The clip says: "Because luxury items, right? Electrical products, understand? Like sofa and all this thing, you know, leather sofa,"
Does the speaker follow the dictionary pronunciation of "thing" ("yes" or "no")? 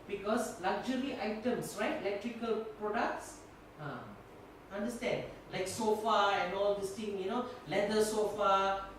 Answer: no